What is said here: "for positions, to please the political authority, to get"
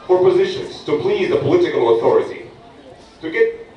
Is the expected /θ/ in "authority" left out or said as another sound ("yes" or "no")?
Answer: no